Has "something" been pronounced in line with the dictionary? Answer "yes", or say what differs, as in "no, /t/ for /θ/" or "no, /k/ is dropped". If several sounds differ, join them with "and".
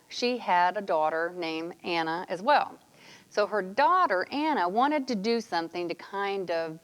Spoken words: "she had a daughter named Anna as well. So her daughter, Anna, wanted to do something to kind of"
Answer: yes